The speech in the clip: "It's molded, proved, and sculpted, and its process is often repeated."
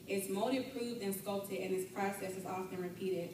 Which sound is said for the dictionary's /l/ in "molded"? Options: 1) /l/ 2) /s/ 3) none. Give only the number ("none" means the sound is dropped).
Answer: 3